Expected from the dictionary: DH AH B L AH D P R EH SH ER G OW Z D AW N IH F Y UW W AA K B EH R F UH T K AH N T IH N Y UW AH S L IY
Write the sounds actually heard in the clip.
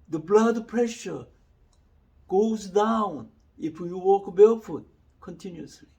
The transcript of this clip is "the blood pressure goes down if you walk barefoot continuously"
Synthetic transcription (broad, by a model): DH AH B L AH D P R EH SH ER G OW Z D AW N IH F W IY W AA K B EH L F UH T K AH N T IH N Y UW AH S L IY